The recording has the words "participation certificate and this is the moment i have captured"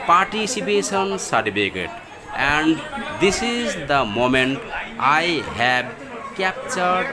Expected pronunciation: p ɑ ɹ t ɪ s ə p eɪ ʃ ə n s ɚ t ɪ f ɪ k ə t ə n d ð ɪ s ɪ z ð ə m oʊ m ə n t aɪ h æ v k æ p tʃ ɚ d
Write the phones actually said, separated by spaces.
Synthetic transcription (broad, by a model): p ɑ ɹ t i s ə p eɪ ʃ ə n s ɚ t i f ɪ k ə t ə n d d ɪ s ɪ z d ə m oʊ m ə n t aɪ h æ b k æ p tʃ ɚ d